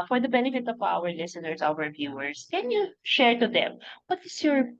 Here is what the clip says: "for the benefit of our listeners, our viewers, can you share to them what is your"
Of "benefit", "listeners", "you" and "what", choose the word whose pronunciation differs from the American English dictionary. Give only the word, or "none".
listeners